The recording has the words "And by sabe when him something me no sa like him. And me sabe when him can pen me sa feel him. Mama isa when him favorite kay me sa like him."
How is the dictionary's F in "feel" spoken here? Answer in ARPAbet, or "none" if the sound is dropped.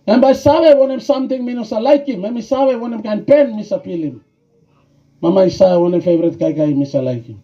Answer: P